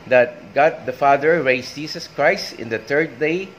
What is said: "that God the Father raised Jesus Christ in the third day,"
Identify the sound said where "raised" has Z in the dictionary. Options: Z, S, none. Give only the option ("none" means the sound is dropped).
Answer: S